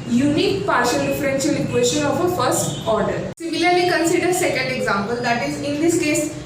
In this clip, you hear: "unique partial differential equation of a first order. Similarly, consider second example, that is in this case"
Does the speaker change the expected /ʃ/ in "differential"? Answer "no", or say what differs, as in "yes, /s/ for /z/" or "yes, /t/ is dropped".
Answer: yes, /s/ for /ʃ/